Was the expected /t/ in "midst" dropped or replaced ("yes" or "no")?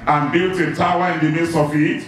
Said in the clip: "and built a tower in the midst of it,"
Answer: yes